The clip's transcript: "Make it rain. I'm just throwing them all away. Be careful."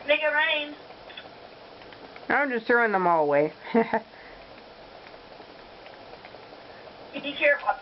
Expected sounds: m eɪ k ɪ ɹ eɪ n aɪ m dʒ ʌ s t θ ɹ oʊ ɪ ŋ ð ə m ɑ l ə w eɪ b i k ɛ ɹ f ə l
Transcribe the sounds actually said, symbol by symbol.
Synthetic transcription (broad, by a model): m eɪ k ɪ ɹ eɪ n aɪ m dʒ ʌ s t θ ɹ oʊ ɪ ŋ ð ə m ɑ l ə w eɪ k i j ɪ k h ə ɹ